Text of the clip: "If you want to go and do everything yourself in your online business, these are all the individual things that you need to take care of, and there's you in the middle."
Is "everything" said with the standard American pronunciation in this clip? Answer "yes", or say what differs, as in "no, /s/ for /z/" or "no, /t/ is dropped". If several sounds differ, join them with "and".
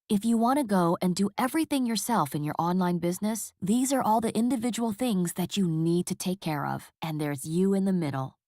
yes